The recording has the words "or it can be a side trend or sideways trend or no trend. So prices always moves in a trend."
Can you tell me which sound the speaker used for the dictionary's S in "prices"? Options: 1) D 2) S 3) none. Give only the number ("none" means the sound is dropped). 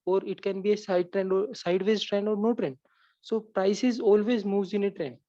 2